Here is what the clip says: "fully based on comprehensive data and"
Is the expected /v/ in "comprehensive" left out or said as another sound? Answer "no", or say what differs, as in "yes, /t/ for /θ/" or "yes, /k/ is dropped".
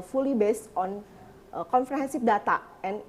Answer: yes, /p/ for /v/